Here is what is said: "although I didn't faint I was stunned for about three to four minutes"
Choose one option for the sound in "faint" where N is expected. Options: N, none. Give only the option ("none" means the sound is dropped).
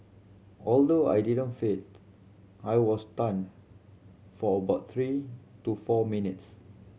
none